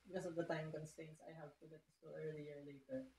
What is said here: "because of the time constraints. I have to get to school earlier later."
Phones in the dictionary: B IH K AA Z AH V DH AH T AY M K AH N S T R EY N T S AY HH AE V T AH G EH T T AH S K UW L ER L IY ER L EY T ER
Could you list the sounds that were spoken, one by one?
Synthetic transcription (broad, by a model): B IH K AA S AH V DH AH T AY M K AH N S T EY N S AY HH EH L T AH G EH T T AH S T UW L ER L IY ER L EY T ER